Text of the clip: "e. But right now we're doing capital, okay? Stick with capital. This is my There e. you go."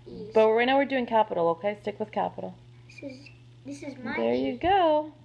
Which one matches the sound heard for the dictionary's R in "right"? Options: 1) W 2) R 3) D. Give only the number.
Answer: 1